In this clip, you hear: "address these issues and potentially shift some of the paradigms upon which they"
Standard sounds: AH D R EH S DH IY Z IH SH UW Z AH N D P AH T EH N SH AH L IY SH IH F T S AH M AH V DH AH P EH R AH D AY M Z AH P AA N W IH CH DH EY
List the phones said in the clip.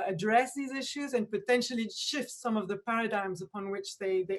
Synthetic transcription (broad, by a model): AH D R EH S DH IY Z IH SH UW Z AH N P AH T EH N SH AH L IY SH IH F T S AH M AH V DH AH P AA R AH D AY M Z AH P AA N W IH CH DH EY